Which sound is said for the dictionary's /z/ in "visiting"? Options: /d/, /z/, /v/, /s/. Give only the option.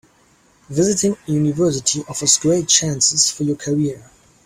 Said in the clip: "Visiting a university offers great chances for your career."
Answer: /z/